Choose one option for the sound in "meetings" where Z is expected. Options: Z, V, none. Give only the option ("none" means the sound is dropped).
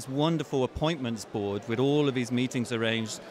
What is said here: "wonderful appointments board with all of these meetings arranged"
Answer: Z